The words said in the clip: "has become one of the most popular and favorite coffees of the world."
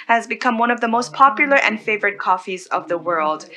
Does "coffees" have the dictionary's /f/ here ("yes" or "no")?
yes